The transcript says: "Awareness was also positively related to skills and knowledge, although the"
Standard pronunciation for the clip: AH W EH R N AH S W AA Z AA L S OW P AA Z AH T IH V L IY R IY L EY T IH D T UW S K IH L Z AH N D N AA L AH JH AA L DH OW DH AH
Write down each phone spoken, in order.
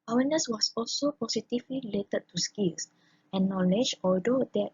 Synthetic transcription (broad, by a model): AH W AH N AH S W AA S AA L S OW P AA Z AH T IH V L IY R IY L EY T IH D T UW S K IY L S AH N N AA L AH JH AA L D OW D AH